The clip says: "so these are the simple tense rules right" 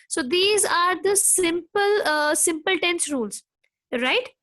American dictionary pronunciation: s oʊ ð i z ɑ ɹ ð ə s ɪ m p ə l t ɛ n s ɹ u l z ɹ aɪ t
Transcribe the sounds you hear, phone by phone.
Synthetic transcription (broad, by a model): s oʊ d i z ɑ ɹ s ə s ɪ m p ə l t ɛ n s ɹ u l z ɹ aɪ t